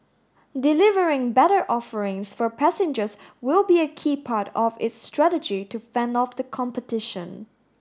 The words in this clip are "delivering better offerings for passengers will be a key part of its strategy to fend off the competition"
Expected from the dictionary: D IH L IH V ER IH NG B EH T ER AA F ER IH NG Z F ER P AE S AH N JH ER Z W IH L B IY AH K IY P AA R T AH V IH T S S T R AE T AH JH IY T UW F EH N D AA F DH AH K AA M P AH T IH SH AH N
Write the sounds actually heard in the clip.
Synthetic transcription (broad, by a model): D IH L IH V ER IH NG B EH T ER AA F ER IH NG S F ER P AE S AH N JH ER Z W IH L B IY AH K IY P AA R T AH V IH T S S T R AE T AH JH IY T UW F EH N D AA F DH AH K AA M P AH T IH SH AH N